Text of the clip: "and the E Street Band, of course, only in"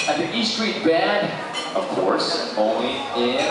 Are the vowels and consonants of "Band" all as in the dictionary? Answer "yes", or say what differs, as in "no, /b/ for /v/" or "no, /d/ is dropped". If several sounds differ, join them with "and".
no, /n/ is dropped